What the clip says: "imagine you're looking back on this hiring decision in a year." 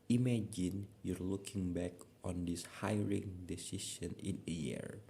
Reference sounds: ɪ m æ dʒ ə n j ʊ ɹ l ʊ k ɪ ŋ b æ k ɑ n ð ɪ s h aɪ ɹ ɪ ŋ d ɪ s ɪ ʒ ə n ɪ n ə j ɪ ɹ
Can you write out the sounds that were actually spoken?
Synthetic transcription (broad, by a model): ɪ m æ dʒ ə n j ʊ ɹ l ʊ k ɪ ŋ b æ k ɑ n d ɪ s h aɪ ɹ ɪ ŋ d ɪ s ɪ ʃ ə n ɪ n ə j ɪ ɹ